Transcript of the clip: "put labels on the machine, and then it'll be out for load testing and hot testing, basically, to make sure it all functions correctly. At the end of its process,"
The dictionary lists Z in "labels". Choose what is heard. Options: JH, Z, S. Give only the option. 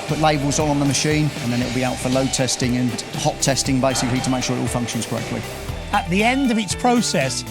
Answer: Z